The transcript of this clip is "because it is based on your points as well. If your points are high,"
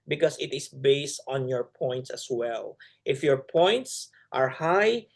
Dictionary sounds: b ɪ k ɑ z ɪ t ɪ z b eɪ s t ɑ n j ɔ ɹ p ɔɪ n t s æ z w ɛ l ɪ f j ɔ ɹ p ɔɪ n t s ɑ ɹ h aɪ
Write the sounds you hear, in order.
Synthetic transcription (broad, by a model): b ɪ k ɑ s ɪ t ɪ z b eɪ s t ɑ n j ɔ ɹ p ɔɪ n t s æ s w ɛ l ɪ f j ɔ ɹ p ɔɪ n t s ɑ ɹ h aɪ